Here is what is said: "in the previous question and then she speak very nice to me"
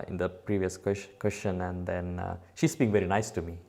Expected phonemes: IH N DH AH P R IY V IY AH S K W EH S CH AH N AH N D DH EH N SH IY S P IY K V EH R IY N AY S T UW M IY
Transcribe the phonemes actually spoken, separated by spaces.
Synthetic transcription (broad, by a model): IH N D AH P R IY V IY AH S K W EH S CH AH N AH N D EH N SH IY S B IY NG V EH R IY N AY S T UW M IY